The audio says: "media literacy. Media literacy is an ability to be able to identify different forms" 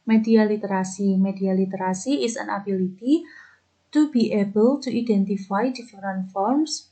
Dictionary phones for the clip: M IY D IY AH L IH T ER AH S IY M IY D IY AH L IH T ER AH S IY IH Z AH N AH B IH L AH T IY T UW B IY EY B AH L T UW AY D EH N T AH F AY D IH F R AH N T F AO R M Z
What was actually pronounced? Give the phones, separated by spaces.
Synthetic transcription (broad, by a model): M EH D IY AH L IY T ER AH S IY M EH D IY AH L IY T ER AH S IY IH S AH N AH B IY L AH T IY T UW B IY EY B AH L T UW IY D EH N T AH F AY D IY F R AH N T F AO R M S